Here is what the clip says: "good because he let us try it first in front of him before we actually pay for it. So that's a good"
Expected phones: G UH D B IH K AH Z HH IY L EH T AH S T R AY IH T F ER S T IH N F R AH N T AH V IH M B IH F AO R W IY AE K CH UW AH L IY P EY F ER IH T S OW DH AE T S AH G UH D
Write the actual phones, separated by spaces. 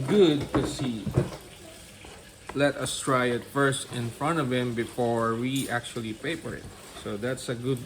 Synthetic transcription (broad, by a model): G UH D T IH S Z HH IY L EH T AH S T R AY IH T F ER S T IH N F R AH N T AH V IH M B IH F AO R W IY AE K CH UW AH L IY P EY P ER IH T S OW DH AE T S AH G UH D